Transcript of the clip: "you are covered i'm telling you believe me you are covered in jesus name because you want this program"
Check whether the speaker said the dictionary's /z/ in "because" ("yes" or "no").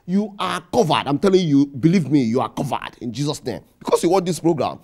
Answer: no